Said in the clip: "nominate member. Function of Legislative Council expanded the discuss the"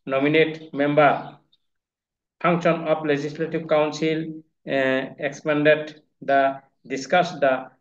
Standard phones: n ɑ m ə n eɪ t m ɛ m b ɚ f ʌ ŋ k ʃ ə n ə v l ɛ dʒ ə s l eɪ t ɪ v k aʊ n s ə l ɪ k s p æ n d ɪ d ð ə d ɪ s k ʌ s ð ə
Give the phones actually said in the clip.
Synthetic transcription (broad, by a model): n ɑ m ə n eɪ t m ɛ m b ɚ p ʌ ŋ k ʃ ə n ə p l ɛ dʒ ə s l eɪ t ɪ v k aʊ n s ə l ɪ k s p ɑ n d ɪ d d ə d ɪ s k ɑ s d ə